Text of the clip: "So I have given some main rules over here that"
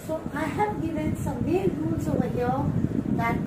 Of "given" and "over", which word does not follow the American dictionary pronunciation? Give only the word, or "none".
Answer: over